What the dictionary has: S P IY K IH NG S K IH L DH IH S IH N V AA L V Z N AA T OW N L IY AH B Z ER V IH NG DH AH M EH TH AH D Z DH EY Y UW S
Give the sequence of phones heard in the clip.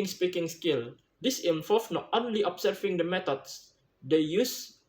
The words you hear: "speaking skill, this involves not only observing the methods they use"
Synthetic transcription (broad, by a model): S P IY K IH NG S K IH L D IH S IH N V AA L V N AA T OW N L IY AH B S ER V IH NG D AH M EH T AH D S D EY Y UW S